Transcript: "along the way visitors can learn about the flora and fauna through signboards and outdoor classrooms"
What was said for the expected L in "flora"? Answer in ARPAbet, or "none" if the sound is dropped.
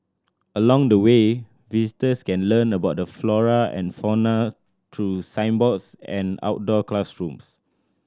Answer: L